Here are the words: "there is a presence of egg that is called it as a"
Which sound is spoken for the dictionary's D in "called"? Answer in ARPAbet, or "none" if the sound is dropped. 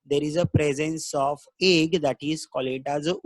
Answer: none